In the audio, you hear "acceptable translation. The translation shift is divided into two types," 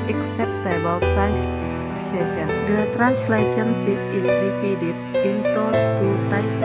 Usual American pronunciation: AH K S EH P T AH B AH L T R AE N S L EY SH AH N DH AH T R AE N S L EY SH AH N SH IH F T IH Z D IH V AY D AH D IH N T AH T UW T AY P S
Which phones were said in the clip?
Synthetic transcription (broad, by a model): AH K S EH P T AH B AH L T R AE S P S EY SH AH N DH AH T R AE N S L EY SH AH N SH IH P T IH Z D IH F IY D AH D IH N T AH T UW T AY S